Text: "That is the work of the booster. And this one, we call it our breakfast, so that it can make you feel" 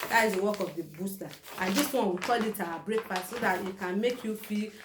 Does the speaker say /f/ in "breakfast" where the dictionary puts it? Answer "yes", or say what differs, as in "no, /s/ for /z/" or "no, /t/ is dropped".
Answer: no, /p/ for /f/